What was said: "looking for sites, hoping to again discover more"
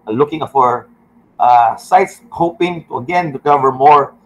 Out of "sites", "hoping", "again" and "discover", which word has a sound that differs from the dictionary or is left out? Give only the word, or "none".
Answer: discover